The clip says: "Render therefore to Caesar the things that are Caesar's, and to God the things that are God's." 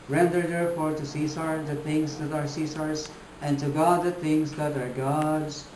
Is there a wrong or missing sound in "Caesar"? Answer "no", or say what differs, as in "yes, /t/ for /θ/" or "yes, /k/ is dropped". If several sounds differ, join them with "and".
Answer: yes, /s/ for /z/